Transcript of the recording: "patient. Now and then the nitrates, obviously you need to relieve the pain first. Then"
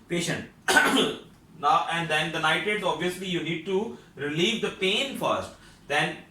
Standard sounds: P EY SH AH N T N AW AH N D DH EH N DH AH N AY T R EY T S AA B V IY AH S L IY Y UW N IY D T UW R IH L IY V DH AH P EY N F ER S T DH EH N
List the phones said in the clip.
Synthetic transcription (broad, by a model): P EY SH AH N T N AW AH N D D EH N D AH N AY T EY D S AA B V IY AH S L IY Y UW N IY D T UW R IH L IY V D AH P EY N F ER S T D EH N